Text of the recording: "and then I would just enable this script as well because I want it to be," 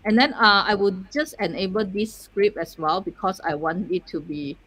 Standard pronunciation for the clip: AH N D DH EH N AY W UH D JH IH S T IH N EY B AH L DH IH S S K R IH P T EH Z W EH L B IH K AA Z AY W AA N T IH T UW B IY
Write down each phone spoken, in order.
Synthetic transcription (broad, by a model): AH N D EH N AY W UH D JH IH S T IH N EY B AH L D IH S S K R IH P EH S W EH L B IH K AA S AY W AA N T IH T UW B IY